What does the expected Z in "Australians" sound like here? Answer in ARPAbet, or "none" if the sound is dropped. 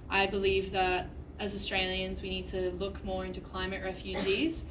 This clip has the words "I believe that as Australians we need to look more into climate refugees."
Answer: Z